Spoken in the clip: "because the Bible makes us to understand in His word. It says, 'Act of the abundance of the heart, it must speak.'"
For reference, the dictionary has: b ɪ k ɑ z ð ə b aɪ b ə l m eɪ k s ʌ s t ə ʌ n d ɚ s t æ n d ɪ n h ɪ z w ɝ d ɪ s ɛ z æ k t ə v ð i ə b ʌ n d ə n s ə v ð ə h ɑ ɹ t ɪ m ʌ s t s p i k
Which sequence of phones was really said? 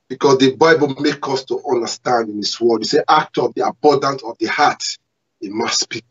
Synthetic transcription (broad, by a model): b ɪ k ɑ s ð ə b aɪ b ə l m eɪ k ʌ s t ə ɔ n d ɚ s t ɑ n d ɪ n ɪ s w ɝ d ɪ s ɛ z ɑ k t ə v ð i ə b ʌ n d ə n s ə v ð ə h ɑ t ɪ m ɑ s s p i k